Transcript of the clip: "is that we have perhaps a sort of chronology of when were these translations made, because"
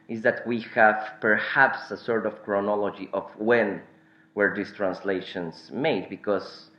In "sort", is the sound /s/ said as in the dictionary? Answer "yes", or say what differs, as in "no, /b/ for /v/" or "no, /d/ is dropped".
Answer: yes